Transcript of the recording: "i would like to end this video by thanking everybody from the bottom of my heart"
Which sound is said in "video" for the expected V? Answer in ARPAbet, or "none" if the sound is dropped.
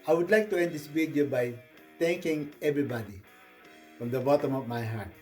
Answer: B